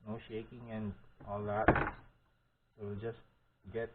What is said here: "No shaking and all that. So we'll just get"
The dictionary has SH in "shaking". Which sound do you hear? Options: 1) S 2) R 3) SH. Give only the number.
3